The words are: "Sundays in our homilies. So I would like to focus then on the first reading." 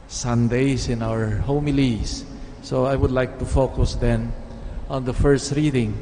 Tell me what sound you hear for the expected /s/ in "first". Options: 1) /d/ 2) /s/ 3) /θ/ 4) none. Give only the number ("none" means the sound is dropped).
2